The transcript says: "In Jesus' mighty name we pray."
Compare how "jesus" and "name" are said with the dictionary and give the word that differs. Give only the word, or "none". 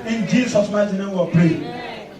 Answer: jesus